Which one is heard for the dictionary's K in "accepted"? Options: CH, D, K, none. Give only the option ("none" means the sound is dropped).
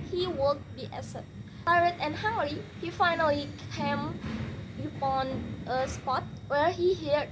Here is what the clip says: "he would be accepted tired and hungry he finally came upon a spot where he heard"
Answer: none